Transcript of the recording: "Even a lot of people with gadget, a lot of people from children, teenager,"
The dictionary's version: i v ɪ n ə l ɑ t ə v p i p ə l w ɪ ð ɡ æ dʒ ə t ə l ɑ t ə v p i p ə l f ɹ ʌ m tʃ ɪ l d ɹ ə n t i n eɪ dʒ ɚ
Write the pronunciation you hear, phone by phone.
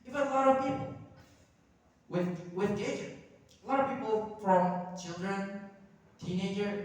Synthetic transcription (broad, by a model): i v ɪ ə l ɑ t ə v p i p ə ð w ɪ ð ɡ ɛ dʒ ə ə l ɑ t ə v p i p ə l f ɹ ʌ m tʃ ɪ l d ɹ ə n t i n eɪ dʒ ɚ